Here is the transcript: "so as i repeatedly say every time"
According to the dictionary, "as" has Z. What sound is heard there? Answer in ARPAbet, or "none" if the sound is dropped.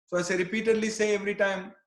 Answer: S